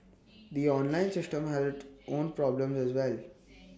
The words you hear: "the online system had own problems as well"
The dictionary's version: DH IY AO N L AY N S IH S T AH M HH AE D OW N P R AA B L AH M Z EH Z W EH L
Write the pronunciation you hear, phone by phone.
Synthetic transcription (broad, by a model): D IY AO N L AY N S IH S T AH M HH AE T OW N P R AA B L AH M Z EH Z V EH L